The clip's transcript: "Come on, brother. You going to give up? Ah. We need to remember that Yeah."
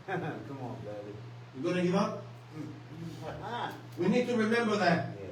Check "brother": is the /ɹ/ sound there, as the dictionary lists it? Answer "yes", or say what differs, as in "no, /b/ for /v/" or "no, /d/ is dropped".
no, /ɹ/ is dropped